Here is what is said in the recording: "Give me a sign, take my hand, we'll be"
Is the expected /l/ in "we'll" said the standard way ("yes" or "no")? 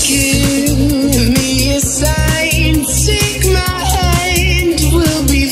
yes